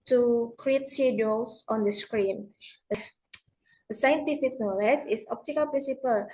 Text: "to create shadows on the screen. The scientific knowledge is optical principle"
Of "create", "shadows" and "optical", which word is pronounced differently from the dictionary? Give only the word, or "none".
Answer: shadows